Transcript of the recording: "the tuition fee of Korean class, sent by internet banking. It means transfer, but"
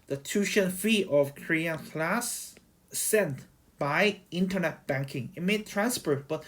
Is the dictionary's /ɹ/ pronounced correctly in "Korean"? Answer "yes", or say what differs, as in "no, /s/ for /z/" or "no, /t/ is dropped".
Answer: yes